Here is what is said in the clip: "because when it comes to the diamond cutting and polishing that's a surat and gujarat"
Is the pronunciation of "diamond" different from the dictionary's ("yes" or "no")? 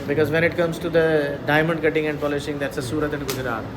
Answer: no